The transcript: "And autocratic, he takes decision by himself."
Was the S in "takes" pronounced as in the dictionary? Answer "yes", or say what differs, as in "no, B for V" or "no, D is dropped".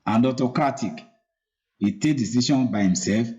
no, S is dropped